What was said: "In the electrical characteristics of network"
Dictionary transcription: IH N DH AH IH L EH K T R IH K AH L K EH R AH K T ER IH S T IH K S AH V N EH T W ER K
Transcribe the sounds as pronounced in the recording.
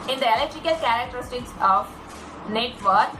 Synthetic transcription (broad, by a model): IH N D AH IH L EH K T R IH K AH L K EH R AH K T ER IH S T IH K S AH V N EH T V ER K